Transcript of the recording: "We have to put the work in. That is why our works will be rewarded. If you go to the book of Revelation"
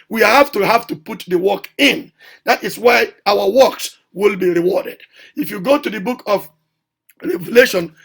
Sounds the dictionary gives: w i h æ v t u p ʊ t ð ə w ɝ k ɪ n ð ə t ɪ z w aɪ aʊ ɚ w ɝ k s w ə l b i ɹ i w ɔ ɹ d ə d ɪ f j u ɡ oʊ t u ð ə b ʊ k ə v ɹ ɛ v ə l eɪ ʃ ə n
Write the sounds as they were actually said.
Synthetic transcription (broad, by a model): w i h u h t u p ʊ t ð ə w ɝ k ɪ n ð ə t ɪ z w aɪ aʊ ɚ w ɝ k s w ə l b i ɹ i w ɔ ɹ d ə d ɪ f j u ɡ oʊ t u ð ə b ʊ k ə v ɹ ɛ v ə l eɪ ʃ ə n